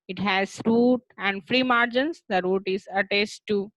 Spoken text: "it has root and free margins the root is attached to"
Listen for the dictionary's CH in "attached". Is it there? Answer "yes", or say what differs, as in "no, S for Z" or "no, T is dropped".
no, S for CH